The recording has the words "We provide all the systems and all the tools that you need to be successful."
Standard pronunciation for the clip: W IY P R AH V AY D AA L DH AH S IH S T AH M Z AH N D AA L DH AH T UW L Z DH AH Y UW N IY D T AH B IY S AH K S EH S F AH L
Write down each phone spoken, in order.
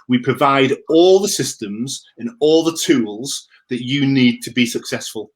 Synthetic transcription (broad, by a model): W IY P R AH V AY D AA L DH AH S IH S T AH M Z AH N AA L DH AH T UW L Z DH AH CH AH N IY D T AH B IY S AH K S EH S F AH L